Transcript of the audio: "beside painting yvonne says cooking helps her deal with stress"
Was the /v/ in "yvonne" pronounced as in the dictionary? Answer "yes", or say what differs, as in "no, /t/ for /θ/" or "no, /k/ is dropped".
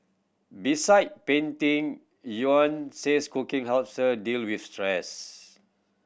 no, /v/ is dropped